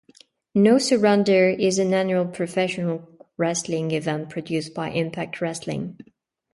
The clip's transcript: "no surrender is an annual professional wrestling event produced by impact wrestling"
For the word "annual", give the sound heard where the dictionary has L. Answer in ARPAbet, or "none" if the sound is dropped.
L